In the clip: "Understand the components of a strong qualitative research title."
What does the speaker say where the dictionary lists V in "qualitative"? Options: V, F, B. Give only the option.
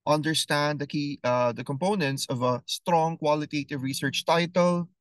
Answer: V